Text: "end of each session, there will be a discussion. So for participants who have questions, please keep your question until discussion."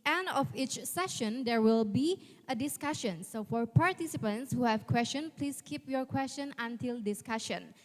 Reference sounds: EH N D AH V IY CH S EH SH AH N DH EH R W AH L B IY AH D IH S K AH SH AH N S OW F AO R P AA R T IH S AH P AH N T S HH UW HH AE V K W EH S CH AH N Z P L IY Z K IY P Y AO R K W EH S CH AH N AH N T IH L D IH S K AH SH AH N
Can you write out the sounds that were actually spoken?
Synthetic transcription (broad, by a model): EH N D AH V IY CH S EH SH AH N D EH R W AH L B IY AH D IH S K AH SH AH N S OW F AO R P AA R T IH S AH P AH N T S HH UW HH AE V K W EH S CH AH N P L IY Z K IY P Y AO R K W EH S CH AH N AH N T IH L D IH S K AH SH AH N